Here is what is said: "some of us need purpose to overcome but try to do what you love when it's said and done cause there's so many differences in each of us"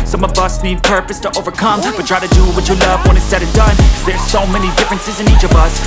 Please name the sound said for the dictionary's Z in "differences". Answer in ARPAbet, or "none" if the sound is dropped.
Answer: Z